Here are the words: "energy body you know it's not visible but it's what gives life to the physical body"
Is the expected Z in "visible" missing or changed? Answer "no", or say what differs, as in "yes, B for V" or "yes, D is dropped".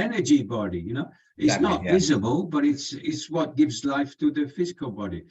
no